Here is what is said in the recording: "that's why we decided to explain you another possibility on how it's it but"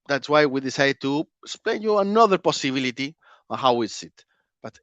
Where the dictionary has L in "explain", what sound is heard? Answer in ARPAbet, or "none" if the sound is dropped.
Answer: none